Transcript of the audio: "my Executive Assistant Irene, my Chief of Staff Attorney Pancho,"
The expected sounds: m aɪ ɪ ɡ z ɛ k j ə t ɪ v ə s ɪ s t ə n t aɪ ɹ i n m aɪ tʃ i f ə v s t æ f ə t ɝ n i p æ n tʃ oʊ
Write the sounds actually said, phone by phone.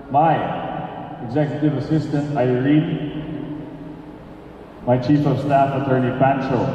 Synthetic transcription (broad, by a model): m aɪ ɪ ɡ z ɛ k j ə t ɪ v ə s ɪ s t ə n t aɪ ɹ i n m aɪ tʃ i f ə v s t æ f ə t ɝ n i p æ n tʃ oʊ